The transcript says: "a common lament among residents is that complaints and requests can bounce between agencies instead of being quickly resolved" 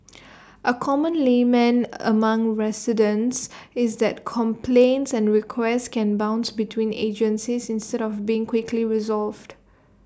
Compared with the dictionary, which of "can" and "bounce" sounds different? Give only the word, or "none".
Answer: none